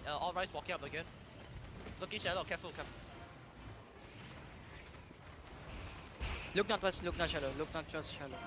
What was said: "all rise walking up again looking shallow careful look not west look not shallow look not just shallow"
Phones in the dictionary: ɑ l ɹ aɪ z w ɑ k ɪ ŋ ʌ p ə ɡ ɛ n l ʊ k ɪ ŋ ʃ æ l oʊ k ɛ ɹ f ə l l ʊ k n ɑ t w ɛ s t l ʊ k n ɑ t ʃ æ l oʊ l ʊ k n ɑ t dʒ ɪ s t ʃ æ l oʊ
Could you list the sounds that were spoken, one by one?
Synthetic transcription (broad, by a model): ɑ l ɹ aɪ s w ɑ k ɪ ŋ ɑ p ə ɡ ɛ n l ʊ k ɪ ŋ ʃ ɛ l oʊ k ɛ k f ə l l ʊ k n ɑ t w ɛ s l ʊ k n ɑ t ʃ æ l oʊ l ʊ k n ɑ t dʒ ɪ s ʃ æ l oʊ